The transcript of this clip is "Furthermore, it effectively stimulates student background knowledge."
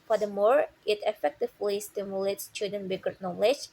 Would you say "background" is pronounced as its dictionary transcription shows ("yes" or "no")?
no